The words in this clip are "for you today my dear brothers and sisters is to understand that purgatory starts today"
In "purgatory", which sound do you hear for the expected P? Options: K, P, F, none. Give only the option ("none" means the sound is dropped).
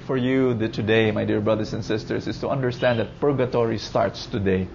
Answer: P